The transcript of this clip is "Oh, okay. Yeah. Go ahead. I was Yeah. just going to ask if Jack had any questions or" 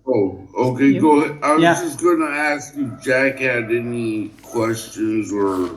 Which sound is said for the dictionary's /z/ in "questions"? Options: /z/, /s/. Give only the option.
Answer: /z/